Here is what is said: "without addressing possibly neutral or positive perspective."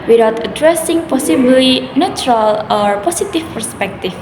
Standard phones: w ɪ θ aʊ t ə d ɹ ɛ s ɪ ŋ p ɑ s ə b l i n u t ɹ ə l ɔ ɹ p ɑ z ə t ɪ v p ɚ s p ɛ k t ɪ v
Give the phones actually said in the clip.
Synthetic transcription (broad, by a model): w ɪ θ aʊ t ə d ɹ ɛ s ɪ ŋ p ɑ s ə b l i n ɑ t ɹ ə l ɔ ɹ p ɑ s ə t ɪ f p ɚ s p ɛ k t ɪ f